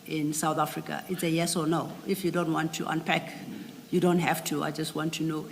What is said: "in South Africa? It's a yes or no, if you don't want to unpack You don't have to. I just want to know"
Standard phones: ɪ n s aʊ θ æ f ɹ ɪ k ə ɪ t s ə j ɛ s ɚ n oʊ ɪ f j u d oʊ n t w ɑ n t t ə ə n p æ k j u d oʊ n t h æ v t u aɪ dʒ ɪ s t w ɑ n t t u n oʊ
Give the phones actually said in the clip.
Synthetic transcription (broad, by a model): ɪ n s aʊ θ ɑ f ɹ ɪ k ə ɪ t s ə j ɛ s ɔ n oʊ ɪ f j u d oʊ n t w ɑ n t t ə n p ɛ k j u d oʊ n t h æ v t u aɪ dʒ ɪ s t w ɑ n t t u n oʊ